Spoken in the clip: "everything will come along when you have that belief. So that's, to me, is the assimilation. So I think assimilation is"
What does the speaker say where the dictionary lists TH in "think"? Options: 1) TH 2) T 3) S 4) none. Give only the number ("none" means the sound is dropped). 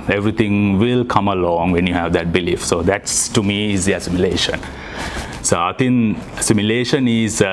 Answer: 2